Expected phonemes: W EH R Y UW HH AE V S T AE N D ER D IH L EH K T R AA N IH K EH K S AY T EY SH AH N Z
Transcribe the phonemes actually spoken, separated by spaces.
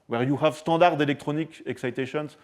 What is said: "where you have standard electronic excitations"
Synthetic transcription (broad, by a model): W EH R Y UW HH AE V S T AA D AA D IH L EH K T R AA N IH K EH K S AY T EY SH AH N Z